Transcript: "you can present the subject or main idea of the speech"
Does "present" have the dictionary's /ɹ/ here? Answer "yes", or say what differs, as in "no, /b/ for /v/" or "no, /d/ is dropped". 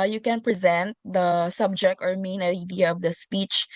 yes